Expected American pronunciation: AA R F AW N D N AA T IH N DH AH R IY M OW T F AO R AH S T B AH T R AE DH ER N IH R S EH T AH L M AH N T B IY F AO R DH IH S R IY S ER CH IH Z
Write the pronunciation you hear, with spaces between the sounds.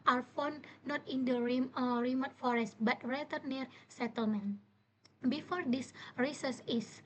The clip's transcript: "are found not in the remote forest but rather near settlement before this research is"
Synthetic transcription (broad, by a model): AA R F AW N N AA T IH N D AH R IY M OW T F AO R AH S T B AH T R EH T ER N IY R S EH T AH L M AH N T B IY F AO R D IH S R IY S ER S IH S